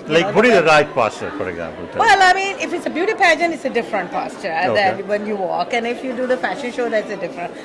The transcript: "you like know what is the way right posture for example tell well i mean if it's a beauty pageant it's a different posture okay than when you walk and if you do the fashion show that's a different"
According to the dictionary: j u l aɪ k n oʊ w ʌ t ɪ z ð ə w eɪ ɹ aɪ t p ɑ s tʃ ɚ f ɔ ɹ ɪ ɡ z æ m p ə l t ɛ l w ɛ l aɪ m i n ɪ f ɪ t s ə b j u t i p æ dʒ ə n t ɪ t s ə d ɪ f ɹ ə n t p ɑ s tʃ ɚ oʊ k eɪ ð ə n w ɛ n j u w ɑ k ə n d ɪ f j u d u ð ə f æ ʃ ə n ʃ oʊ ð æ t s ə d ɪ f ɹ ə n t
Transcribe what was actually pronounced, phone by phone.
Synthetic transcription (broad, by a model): l aɪ k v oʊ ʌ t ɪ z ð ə ɹ aɪ t p ɑ s tʃ ɚ f ɔ ɹ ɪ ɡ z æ m p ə l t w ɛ l aɪ m i n ɪ f ɪ t s ə b j u t i p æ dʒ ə n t ɪ t s ə d ɪ f ɹ ə n t p ɑ s tʃ ɚ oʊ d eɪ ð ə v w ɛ n j u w ɑ k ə n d ɪ f j u d u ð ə f æ ʃ ə n ʃ oʊ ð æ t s ə d ɪ f ɹ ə n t